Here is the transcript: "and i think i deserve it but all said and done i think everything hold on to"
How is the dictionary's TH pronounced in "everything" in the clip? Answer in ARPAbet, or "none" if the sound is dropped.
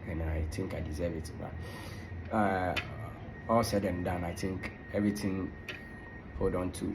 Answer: T